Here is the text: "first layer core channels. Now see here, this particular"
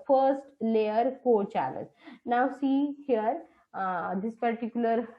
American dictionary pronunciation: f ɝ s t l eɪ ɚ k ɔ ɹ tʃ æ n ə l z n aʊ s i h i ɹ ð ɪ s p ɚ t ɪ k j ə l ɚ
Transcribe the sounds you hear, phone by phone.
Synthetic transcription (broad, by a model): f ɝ s t l eɪ ɚ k ɔ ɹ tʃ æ l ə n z n aʊ s i h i ɹ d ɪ s p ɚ t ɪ k j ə l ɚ